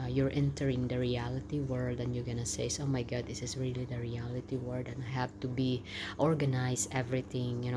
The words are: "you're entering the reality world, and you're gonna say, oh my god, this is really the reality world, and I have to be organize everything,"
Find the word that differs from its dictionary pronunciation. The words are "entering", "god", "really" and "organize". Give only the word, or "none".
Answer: organize